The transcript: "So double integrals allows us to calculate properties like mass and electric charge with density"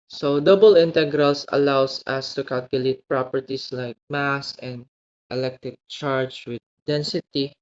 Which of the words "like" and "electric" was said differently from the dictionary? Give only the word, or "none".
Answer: electric